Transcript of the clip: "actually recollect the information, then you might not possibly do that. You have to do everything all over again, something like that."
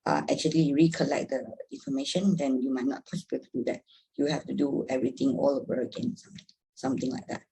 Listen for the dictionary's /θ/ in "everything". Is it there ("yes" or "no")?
no